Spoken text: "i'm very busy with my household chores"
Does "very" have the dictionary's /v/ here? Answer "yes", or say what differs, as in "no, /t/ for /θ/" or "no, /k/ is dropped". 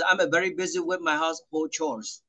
yes